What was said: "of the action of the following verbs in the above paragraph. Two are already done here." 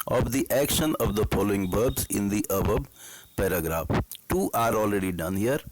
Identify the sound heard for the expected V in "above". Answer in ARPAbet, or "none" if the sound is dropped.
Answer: B